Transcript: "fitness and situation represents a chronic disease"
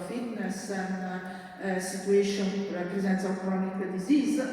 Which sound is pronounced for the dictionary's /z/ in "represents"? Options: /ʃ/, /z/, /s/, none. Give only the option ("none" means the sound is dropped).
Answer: /z/